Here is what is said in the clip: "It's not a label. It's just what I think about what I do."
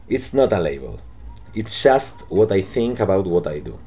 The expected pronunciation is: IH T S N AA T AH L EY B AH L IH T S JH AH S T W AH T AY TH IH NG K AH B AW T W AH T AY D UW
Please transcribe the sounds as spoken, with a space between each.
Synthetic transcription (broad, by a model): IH T S N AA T AH L EY B AH L IH T S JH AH S T W AH T AY TH IH NG K AH B AW T W AH T AY D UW